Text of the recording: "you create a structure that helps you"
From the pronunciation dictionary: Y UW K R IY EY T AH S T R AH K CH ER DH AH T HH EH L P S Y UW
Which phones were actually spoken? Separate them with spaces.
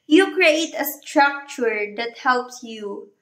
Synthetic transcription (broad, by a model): Y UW K R IY EY T AH S T R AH K CH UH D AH T HH EH L P S Y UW